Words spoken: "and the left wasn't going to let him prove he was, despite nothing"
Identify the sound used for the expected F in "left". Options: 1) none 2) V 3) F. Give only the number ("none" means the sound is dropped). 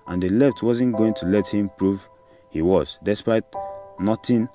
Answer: 3